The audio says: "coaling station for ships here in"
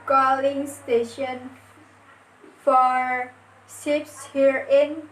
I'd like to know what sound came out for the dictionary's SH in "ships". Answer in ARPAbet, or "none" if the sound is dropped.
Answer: S